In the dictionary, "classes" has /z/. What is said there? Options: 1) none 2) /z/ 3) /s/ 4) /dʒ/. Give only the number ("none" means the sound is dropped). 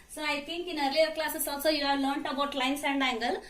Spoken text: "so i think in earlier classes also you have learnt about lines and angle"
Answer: 3